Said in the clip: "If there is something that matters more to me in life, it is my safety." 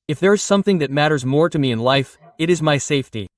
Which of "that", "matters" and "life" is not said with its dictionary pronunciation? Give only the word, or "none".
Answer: none